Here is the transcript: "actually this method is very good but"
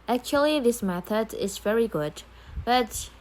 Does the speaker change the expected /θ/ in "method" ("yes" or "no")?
no